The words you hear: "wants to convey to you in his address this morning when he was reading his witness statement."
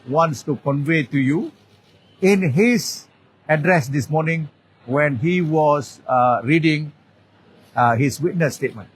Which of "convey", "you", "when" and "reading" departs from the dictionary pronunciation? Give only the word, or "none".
none